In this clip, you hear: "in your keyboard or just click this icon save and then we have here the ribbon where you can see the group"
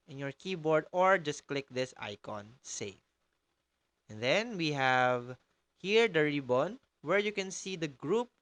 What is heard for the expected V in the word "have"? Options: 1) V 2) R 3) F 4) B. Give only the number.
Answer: 1